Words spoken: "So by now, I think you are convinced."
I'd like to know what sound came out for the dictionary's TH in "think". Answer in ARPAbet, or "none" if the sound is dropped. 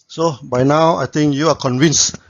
T